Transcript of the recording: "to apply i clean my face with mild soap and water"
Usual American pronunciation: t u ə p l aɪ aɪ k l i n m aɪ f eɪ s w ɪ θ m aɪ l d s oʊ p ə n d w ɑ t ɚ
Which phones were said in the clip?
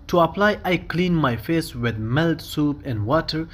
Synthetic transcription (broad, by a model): t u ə p l aɪ aɪ k l i n m aɪ f eɪ s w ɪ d m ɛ l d s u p ə n d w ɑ t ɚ